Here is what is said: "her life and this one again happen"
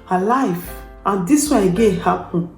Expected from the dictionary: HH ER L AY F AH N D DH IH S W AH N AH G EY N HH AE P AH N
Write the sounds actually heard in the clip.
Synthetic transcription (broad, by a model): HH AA L AY F AH N D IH S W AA AH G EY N HH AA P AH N